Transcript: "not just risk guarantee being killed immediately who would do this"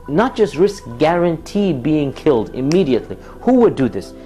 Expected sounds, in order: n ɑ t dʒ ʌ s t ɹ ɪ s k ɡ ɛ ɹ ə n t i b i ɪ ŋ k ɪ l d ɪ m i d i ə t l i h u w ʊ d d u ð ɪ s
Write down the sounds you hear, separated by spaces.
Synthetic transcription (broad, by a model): n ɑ t dʒ ʌ s t ɹ ɪ s k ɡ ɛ ɹ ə n t i b i ɪ ŋ k ɪ l d ɪ m i d i ə t l i h u w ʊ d d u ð ɪ s